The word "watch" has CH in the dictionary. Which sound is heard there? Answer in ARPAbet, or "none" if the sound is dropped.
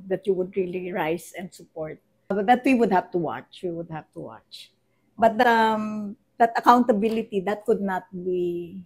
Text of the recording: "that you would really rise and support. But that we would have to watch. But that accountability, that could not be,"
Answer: CH